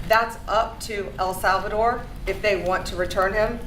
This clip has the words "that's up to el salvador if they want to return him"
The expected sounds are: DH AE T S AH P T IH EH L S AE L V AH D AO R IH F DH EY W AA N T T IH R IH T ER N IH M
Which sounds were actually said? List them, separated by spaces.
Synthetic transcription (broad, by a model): DH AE T S AH P T IH EH L S AE L V AH D AO R IH F DH EY W AA N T T IH R IH T ER N IH M